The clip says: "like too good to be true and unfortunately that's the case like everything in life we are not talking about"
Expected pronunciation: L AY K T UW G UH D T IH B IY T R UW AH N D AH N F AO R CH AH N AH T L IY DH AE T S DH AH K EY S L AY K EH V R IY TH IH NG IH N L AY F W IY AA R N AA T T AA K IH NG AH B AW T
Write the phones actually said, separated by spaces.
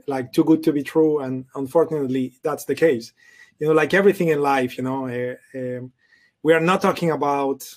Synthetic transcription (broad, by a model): L AY K T UW G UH D T IH B IY T R UW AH N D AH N F AO R CH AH N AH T L IY DH AE T S DH AH K EY S L AY K EH V R IY TH IH NG IH N L AY F W IY AA R N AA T T AA K IH NG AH B AW T